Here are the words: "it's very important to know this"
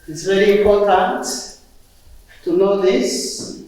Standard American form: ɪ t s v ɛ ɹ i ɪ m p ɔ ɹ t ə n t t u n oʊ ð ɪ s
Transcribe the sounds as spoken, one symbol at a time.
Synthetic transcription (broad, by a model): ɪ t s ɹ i l i ɪ m p ɔ ɹ t ə n t t u n oʊ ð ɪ s